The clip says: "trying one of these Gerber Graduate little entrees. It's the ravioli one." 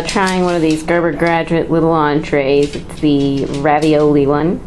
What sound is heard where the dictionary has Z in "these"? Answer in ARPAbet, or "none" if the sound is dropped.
Z